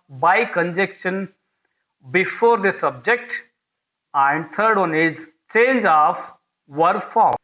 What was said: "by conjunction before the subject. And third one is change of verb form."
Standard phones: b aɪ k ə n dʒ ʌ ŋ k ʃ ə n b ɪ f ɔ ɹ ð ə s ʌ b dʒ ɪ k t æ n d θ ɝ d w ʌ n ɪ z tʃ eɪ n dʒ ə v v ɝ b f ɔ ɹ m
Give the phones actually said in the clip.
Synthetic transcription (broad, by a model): b aɪ k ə n dʒ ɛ k ʃ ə n b ɪ f ɔ ɹ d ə s ʌ b dʒ ɪ k t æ n d t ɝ d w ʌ n ɪ z tʃ eɪ n dʒ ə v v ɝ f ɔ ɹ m